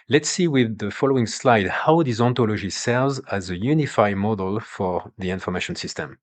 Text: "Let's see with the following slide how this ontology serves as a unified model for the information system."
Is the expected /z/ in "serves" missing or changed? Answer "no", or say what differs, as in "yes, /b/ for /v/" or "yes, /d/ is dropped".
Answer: no